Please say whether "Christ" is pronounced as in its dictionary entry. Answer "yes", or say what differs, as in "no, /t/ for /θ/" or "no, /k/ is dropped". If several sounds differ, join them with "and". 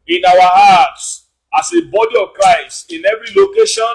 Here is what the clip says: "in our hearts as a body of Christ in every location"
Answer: no, /t/ is dropped